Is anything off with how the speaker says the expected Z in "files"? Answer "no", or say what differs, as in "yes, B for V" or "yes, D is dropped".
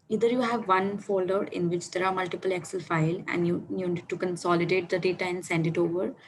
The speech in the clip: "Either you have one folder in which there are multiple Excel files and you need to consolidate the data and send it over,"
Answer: yes, Z is dropped